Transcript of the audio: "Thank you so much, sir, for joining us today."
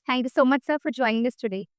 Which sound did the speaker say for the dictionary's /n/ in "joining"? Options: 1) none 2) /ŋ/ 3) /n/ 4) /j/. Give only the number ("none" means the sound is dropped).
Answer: 3